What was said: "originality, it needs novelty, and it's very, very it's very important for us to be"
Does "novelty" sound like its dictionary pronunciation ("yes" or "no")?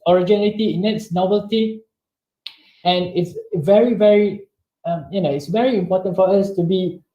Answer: no